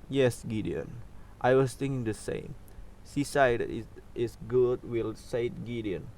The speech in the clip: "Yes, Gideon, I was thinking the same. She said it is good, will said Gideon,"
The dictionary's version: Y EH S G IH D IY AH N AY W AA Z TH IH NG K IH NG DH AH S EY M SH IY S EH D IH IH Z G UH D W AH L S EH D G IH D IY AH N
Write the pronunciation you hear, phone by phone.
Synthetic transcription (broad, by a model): Y EH S G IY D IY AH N AY W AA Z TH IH NG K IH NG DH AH S EY M S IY S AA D IH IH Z G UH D W AH L S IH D G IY D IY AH N